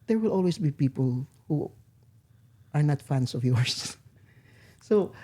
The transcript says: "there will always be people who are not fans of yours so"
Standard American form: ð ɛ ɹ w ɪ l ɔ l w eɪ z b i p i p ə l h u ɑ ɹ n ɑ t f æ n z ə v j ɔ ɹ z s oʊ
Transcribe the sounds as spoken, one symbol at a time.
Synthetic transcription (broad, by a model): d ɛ ɹ w ɪ l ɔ l w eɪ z b i p i p ə l h u ɑ ɹ n ɑ t f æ n s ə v j ɔ ɹ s s oʊ